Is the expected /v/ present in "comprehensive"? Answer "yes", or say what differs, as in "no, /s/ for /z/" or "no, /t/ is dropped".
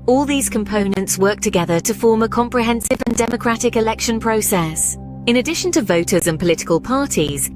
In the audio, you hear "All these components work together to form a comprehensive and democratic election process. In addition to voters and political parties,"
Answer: yes